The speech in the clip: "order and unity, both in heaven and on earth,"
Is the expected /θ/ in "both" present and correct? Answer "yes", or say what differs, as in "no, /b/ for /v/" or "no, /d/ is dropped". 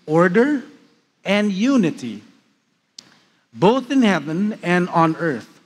yes